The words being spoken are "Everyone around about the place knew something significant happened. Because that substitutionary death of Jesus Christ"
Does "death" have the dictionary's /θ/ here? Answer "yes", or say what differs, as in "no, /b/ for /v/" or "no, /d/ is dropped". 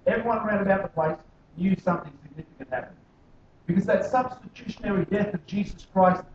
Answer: yes